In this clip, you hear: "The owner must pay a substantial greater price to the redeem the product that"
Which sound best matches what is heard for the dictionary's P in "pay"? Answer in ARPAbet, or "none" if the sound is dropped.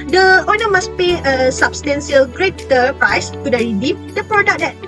P